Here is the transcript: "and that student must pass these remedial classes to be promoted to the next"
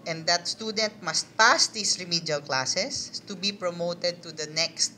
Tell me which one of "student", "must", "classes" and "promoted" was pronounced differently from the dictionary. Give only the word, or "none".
classes